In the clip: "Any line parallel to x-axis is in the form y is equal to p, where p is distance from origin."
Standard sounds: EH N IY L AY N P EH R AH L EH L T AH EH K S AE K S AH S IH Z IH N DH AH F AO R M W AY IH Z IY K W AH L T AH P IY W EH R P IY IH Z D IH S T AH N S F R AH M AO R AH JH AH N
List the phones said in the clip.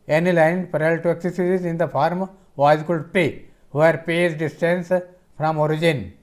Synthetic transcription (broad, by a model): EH N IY L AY N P R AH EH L T AH EH K S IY S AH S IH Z IH N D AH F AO R M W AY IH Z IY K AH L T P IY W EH R P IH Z D IH S T AH N S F R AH M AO R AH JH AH N